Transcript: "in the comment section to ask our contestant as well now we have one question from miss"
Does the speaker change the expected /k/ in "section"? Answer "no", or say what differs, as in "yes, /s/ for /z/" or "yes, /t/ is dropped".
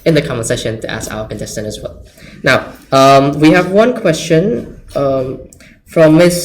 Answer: yes, /k/ is dropped